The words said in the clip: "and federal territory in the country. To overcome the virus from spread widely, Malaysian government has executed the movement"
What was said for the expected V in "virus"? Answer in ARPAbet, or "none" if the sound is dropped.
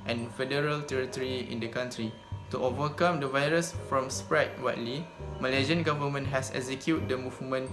V